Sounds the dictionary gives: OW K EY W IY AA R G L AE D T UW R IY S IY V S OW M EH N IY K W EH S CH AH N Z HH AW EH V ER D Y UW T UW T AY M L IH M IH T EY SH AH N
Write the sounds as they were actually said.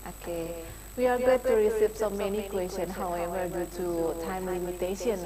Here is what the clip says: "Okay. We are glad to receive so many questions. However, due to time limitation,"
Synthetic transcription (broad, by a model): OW K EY W IY AA R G AO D T UW R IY S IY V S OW M EH N IY K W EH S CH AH N HH AW EH V ER D Y UW T UW T AY M L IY M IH T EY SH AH N